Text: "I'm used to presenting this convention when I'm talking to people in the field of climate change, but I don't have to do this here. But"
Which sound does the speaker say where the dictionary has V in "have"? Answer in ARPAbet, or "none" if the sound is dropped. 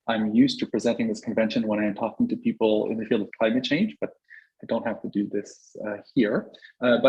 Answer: F